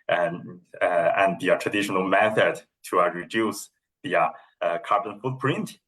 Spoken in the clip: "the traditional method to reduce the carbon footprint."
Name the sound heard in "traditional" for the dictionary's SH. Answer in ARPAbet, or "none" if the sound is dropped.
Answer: SH